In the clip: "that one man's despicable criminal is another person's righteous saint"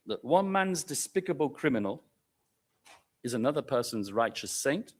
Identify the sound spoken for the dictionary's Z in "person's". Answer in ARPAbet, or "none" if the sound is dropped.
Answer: Z